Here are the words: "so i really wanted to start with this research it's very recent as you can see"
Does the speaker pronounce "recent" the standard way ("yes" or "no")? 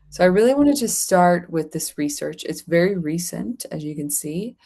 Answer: yes